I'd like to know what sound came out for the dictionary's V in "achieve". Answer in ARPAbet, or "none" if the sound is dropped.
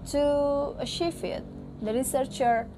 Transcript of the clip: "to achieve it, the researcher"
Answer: F